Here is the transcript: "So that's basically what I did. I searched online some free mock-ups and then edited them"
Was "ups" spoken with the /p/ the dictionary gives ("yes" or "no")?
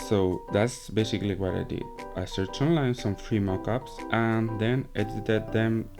yes